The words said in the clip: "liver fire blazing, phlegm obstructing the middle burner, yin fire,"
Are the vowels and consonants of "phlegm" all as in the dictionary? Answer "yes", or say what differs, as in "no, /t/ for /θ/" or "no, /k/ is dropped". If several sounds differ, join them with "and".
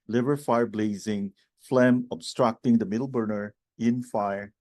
yes